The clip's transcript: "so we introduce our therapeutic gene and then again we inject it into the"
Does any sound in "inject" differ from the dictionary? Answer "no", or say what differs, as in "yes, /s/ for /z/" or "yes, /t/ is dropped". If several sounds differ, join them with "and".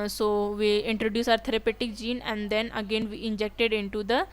no